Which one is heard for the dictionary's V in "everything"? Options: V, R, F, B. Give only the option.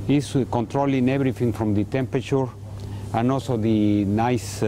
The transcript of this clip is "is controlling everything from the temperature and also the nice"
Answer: B